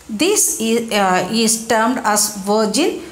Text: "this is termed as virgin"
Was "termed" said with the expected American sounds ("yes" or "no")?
yes